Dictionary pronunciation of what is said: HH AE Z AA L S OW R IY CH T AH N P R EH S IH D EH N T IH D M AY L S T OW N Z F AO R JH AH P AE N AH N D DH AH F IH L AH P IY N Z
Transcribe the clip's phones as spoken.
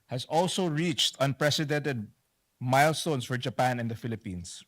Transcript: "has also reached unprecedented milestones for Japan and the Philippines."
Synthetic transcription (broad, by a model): HH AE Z AA L S OW R IY CH T AH N P R EH S IH D EH N T IH D M AY L S T OW N S F AO R JH AH P AE N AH N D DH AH F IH L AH P IY N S